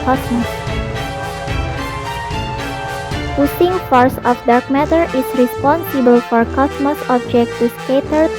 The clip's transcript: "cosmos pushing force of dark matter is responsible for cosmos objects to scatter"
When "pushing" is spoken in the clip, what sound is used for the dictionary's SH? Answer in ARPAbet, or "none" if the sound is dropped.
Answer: S